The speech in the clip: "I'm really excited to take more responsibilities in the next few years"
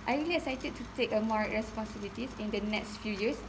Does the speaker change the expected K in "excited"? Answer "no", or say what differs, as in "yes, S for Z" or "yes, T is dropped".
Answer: yes, K is dropped